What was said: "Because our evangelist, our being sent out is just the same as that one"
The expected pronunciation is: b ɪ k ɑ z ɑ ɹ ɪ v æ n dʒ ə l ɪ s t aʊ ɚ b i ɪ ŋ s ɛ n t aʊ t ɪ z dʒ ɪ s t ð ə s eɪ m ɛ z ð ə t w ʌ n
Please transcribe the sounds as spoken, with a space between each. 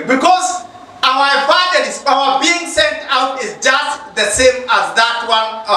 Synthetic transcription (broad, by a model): b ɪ k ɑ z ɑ w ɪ f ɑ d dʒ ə ɪ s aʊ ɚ b i ɪ ŋ s ɛ n t aʊ t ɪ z dʒ ɪ s t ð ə s eɪ m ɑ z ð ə t w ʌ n